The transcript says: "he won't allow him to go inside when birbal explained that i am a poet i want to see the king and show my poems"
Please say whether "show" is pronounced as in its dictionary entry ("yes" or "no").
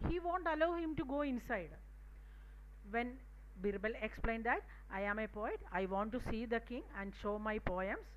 yes